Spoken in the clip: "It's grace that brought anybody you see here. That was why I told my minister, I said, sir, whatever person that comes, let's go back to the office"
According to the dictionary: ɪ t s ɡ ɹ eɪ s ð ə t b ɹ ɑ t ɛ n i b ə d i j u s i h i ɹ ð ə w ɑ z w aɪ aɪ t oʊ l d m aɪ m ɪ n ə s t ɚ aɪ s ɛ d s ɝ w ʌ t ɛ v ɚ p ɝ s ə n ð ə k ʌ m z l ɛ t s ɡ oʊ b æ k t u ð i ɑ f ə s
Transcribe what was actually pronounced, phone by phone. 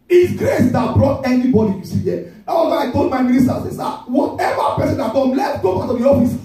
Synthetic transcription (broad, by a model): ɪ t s ɡ ɹ eɪ s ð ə t b ɹ ɑ t ɛ n i b ə d i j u s i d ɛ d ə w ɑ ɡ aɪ aɪ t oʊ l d m aɪ m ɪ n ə s t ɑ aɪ s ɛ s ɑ w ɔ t ɛ v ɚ p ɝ s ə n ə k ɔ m l ɛ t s ɡ oʊ b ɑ k t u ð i ɑ f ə s